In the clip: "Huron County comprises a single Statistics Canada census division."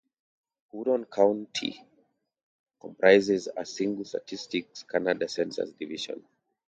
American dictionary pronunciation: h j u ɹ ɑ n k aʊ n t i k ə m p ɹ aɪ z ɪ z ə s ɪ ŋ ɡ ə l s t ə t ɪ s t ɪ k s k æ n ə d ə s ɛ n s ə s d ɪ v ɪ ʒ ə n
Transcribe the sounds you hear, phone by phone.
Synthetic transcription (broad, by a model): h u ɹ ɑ n k aʊ n t i k ə m p ɹ aɪ z ɪ z ə s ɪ ŋ ɡ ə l s t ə t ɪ s t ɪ k s k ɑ n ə d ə s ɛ n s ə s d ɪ v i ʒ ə n